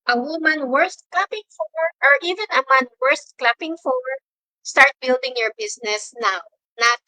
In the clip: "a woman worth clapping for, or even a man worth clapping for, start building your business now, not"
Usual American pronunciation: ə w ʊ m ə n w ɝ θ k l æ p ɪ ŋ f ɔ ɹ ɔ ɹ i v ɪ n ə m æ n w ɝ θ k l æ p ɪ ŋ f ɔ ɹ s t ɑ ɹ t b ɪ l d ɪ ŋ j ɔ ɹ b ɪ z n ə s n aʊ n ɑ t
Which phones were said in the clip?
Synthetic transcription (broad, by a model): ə w ʊ m ə n w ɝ t k l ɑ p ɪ ŋ f ɔ ɹ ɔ ɹ i v ɪ n ə m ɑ n w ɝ t k l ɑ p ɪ ŋ f ɔ ɹ s t ɑ ɹ t b ɪ l d ɪ ŋ j ɔ ɹ b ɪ s n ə s n aʊ n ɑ t